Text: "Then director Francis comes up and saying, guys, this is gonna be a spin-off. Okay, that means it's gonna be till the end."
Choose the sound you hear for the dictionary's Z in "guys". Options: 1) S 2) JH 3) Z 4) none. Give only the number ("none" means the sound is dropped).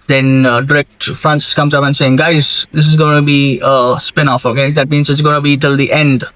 3